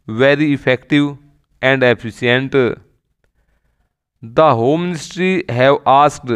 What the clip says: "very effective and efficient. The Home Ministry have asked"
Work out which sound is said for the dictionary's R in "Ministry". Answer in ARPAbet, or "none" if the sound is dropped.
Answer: R